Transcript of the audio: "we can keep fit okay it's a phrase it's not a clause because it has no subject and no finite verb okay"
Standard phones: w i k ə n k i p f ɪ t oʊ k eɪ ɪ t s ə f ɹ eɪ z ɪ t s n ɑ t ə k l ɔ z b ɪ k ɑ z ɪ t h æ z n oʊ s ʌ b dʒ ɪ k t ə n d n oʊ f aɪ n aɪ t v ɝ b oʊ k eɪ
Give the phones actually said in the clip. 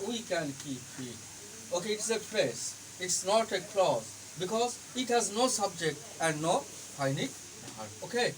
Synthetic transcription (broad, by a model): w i k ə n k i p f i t oʊ k eɪ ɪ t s ə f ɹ eɪ s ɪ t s n ɑ t ə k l ɔ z b ɪ k ɑ z ɪ t h æ z n oʊ s ʌ b dʒ ɪ k t ə n d n oʊ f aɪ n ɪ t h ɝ oʊ k eɪ